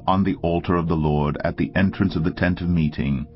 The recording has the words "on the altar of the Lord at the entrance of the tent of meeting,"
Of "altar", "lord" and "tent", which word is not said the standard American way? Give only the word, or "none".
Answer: none